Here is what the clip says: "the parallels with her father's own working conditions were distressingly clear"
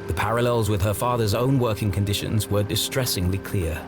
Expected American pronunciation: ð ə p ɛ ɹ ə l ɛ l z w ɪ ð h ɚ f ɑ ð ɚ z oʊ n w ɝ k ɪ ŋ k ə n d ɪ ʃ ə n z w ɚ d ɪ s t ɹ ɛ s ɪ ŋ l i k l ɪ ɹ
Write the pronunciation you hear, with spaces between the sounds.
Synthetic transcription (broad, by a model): ð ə p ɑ ɹ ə l ɛ l z w ɪ ð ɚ f ɑ ð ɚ z oʊ n w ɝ k ɪ ŋ k ə n d ɪ ʃ ə n z w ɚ d ɪ s t ɹ ɛ s ɪ ŋ l i k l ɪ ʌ